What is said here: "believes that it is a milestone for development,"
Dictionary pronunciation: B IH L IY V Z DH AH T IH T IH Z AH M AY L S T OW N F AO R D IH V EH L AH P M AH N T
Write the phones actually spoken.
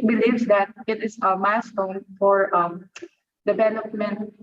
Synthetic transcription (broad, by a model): B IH L IY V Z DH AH T IH T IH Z AH M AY S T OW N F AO R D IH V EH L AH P M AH N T